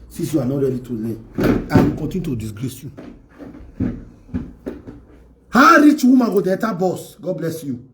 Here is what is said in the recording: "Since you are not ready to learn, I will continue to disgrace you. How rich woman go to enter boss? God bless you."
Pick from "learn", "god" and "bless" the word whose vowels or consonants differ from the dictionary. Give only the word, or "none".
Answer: learn